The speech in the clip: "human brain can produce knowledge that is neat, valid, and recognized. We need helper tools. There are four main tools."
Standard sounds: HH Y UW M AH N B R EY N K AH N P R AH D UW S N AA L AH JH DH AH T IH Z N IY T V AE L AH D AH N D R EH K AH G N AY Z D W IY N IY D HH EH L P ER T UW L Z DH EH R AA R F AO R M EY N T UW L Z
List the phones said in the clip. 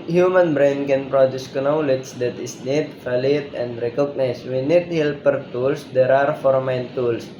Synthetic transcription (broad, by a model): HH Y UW M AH N B R EY N K AH N P R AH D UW S N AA L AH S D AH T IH S N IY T F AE L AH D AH N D R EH K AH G N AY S W IY N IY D HH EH L P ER T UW L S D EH R AA R F AO R M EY N T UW L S